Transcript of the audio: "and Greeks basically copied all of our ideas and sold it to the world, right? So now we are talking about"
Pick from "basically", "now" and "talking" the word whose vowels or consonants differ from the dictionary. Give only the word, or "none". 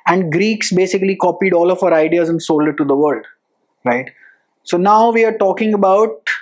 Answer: none